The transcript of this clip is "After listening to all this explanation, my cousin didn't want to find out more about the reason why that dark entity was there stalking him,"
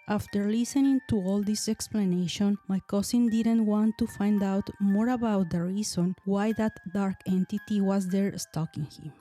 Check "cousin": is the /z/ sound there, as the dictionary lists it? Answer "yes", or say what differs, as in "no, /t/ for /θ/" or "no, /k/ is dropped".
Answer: no, /s/ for /z/